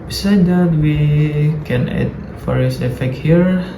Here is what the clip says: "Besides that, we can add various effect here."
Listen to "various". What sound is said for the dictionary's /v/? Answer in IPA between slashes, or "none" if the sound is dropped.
/f/